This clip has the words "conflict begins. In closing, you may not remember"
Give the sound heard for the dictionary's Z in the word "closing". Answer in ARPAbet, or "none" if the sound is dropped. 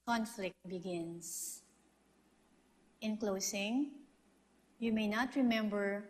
S